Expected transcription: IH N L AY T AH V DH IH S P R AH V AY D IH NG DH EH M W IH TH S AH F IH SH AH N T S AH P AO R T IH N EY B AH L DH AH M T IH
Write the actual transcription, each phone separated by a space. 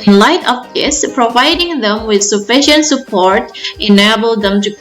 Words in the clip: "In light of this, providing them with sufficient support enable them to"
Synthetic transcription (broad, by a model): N L AY T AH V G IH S P R AH V AY D IH NG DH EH M W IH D S AH F IH SH AH N T S AH P AO R T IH N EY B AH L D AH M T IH